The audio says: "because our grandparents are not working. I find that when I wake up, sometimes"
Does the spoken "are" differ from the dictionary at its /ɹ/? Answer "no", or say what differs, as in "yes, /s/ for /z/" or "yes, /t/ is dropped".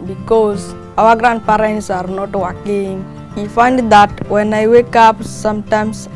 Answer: no